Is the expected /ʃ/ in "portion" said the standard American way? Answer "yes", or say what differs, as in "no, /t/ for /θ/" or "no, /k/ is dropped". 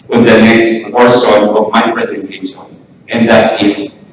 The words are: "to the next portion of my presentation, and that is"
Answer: no, /s/ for /ʃ/